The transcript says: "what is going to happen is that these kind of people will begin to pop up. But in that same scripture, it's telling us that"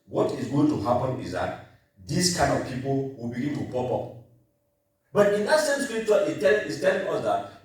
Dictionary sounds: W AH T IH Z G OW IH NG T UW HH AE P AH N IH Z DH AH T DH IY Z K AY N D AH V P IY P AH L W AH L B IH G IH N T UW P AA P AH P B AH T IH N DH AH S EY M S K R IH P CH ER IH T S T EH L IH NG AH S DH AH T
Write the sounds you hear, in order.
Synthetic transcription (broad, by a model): W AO T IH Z G OW IH NG T UW HH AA P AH N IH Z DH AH T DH IY S K AY N D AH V P IY P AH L W AH L B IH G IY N T UW P AA P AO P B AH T IH N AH S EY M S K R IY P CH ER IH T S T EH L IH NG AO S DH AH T